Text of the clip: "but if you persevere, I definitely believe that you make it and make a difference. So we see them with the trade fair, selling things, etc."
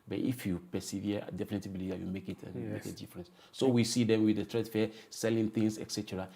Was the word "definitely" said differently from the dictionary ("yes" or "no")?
yes